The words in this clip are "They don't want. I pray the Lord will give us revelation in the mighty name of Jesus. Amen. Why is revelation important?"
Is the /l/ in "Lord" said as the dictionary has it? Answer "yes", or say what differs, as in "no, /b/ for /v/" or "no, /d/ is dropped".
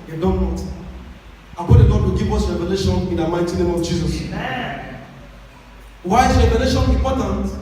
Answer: no, /n/ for /l/